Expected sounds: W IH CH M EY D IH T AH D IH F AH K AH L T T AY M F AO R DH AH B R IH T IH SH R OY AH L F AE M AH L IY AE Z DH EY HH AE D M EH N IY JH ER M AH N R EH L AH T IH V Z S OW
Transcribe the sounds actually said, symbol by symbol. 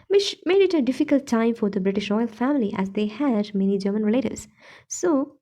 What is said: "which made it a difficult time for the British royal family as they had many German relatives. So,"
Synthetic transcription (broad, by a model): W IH CH M EY D IH T AH D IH F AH K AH L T T AY M F AO R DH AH B R IH T IH SH R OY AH L F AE M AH L IY AE Z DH EY HH AE D M EH N IY JH ER M AH N R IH L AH T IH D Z S OW